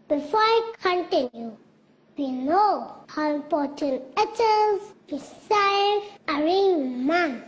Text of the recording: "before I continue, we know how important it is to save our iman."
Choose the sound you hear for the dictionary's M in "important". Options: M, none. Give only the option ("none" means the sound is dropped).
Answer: none